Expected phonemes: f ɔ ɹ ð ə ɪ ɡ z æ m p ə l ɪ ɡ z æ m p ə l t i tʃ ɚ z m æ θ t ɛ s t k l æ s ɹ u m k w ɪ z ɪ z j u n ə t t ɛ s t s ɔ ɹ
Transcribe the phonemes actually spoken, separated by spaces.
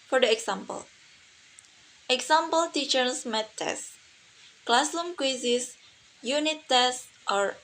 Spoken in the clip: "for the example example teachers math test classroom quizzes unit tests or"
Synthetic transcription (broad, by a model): f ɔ ɹ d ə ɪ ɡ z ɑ m p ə l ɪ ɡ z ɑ m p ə l t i tʃ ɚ s m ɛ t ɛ s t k l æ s l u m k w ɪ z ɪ s j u n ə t t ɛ s t ɔ ɹ